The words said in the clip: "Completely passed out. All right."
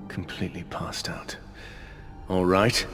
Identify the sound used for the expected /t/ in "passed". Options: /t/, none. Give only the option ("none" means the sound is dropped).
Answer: /t/